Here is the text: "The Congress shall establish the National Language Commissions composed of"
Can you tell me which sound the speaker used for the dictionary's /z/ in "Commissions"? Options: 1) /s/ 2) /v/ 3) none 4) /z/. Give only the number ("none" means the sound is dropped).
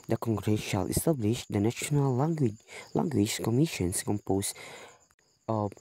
1